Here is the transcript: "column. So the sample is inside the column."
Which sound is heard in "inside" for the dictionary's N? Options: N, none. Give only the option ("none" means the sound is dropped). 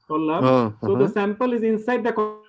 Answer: N